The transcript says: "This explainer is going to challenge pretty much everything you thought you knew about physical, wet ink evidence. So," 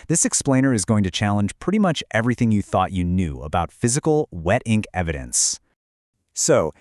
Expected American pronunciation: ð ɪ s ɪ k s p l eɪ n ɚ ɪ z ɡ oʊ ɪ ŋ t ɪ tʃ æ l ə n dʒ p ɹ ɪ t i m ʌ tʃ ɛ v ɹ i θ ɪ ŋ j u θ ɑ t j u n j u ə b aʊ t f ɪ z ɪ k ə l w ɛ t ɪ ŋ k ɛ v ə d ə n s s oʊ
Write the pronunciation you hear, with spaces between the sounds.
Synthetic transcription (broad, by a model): ð ɪ s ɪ k s p l eɪ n ɚ ɪ z ɡ oʊ ɪ ŋ t ɪ tʃ æ l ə n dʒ p ɹ ɪ t i m ʌ tʃ ɛ v ɹ i θ ɪ ŋ j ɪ θ ɑ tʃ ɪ n j u ə b aʊ t f ɪ z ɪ k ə l w ɛ t ɪ ŋ k ɛ v ə d ə n s s oʊ